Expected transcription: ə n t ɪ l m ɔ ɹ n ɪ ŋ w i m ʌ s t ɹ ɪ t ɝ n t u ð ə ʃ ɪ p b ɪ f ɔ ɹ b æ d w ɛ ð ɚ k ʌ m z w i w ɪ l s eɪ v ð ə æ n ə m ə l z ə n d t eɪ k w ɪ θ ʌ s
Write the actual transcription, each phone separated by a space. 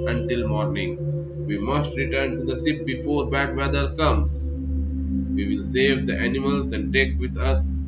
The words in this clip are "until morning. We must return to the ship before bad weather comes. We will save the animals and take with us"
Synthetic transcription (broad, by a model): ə n t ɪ l m ɔ ɹ n ɪ ŋ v i m ʌ s t ɹ ɪ t ɝ n t u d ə s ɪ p b ɪ f ɔ ɹ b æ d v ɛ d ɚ k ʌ m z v i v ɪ l s eɪ v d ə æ n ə m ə l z ə n d t eɪ k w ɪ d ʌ s